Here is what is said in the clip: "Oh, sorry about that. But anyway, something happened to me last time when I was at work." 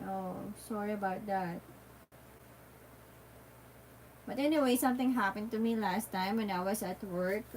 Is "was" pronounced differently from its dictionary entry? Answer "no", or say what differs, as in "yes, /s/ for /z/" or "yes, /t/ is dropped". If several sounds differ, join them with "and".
yes, /s/ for /z/